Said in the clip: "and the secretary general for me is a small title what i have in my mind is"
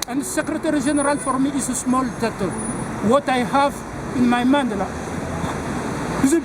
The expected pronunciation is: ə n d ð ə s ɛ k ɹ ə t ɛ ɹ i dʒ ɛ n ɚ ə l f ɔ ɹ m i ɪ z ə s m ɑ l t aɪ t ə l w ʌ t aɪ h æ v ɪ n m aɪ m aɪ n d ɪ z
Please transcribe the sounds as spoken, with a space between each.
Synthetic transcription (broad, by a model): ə n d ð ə s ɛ k ɹ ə t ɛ ɹ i ʒ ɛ n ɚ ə l f ɔ ɹ m i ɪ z ə s m ɑ l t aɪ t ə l w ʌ t aɪ h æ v ɪ n m aɪ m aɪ n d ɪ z